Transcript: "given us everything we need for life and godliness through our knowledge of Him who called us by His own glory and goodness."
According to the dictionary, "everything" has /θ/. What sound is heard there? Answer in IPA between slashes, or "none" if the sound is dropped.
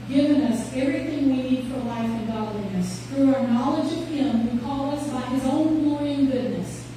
/θ/